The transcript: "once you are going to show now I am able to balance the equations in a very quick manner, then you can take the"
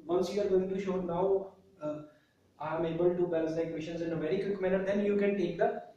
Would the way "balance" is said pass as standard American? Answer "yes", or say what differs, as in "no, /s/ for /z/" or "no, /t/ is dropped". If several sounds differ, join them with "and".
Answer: no, /n/ is dropped